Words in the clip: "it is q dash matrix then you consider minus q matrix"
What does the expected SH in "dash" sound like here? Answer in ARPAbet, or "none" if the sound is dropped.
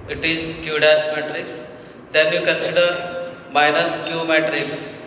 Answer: S